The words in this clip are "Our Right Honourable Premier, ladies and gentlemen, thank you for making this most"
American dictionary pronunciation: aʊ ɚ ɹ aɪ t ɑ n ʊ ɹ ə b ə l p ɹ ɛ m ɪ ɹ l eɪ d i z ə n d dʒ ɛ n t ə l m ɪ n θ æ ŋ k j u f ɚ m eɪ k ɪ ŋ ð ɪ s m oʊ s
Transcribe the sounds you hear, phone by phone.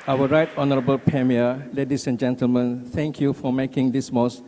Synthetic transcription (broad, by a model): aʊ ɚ ɹ aɪ t ɑ n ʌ ɹ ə b ə l p ɹ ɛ m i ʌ l eɪ d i s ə n dʒ ɛ n t ə l m ɪ n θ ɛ ŋ k j u f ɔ m eɪ k ɪ ŋ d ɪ s m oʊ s